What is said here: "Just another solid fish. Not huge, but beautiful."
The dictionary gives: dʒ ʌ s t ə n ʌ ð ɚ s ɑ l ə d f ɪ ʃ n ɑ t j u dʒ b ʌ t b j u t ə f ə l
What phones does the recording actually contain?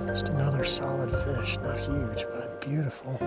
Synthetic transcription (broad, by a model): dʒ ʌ s t ə n ʌ ð ɚ s ɑ l ə d f ɪ ʃ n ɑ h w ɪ tʃ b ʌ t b j u t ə f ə l